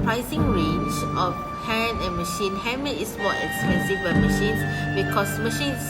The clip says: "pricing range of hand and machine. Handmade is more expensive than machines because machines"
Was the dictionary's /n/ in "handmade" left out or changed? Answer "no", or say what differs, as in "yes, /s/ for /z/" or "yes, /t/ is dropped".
yes, /n/ is dropped